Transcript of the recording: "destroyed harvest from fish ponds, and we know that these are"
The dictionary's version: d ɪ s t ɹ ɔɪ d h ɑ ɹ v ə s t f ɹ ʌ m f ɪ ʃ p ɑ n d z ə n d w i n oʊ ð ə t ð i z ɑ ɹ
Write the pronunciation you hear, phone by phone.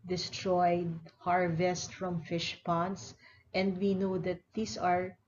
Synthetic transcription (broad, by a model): d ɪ s t ɹ ɔɪ d h ɑ ɹ v ə s t f ɹ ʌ m f ɪ ʃ p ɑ n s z ə n d w i n oʊ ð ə t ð i s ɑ ɹ